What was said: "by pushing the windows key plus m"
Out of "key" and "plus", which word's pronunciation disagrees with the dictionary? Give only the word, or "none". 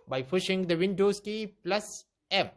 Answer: none